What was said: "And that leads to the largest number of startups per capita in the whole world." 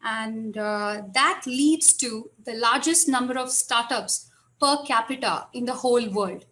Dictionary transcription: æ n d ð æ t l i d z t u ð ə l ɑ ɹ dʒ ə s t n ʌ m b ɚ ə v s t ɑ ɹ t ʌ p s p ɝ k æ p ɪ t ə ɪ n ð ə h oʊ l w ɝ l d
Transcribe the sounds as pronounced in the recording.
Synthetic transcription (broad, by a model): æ n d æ t l i d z t u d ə l ɑ ɹ dʒ ə s t n ʌ m b ɚ ə v s t ɑ ɹ t ʌ p s p ɝ k æ p ɪ t ə ɪ n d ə h oʊ l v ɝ l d